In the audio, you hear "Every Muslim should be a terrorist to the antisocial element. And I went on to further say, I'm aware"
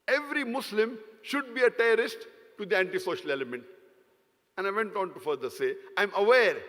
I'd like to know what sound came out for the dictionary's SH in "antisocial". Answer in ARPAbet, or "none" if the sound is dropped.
SH